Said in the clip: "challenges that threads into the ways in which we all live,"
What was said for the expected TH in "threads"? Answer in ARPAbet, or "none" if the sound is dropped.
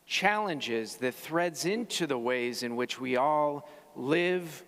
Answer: TH